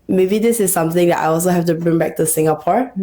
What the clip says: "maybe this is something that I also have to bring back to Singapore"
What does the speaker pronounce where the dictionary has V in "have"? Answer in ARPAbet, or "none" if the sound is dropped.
F